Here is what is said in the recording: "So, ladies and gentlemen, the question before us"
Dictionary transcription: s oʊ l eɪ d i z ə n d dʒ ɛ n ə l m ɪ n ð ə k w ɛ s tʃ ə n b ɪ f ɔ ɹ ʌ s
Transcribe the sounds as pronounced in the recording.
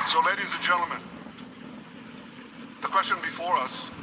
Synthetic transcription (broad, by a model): s oʊ l eɪ d i z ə n dʒ ɛ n l m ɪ n ð ə k w ɛ s tʃ ə n b ɪ f ɔ ɹ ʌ s